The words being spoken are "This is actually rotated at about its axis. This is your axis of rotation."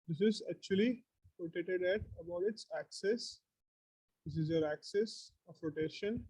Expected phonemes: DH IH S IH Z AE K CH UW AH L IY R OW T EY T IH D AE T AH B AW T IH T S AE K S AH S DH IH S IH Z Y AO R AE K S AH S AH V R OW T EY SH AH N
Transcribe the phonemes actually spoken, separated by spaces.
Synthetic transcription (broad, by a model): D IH S IH Z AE K CH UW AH L IY R OW T EY T IH D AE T AH B AW T IH T S AE K S AH S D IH S IH Z Y AO R AE K S AH S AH P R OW T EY SH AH N